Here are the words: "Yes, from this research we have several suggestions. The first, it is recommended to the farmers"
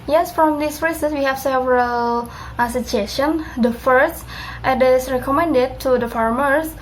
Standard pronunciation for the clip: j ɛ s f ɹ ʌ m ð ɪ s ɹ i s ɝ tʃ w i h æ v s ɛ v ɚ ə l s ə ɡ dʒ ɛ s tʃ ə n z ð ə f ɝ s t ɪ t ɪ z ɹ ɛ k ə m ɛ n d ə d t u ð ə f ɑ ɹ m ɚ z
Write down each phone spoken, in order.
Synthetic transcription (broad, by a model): j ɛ s f ɹ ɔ m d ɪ s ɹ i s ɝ s w i h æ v s ɛ v ɚ ə l s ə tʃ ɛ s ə n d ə f ɝ s t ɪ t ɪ s ɹ ɛ k ə m ɛ n d ə d t u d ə f ɑ ɹ m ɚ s